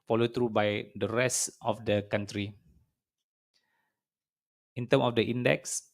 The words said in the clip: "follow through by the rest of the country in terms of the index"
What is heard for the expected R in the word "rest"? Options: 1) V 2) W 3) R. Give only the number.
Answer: 3